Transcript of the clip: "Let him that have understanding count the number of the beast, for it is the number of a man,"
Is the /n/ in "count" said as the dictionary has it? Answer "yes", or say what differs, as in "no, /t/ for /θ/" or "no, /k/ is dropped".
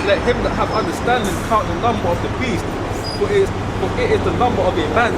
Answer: no, /n/ is dropped